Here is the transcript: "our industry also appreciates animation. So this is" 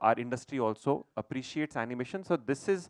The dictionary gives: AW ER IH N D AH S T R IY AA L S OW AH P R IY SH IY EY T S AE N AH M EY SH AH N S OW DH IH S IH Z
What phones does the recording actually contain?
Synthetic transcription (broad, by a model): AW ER IH N D AH S T R IY AA L S OW AH P R IY SH IY EY T S AE N AH M EY SH AH N S OW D IH S IH Z